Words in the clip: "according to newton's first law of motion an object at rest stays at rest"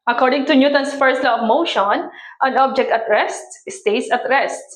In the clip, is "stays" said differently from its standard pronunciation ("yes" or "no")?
yes